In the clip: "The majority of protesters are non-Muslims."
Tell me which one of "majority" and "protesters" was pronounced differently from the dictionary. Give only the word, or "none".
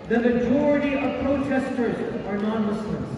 none